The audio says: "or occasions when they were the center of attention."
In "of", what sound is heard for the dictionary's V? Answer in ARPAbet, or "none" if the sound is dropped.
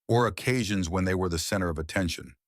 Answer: V